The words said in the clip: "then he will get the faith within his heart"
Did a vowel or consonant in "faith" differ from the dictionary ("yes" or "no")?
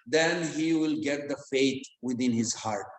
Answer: yes